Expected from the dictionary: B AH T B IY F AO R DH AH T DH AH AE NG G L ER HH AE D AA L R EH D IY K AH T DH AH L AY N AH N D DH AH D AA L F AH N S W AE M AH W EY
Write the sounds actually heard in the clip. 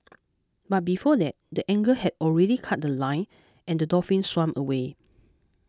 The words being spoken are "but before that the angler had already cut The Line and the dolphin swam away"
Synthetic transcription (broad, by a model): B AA T B IY F AO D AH T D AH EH NG G ER HH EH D AA L R EH D IY K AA T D AH L AY N AH N D AH D AA F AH N S W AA M AH W EY